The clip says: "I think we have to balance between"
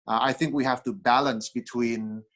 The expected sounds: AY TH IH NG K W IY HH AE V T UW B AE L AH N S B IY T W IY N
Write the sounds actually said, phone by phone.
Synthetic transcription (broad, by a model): AY TH IH NG K W IY HH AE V T UW B AE L AH N S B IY T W IY N